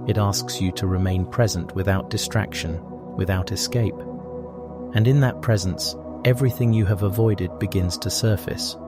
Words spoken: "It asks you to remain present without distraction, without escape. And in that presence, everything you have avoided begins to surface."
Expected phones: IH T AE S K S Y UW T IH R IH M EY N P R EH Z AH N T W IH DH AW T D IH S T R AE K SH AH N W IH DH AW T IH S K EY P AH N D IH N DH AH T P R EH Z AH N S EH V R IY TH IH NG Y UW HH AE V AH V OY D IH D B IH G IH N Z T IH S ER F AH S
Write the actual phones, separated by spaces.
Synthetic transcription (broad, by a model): IH T AE S K S Y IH T IH R IH M EY N P R EH Z AH N T W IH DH AW T D IH S T R AE K SH AH N W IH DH AW T IH S K EY P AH N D IH N DH AH T P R EH Z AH N S EH V R IY TH IH NG Y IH V AH V OY D IH D B IH G IH N Z T IH S ER F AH S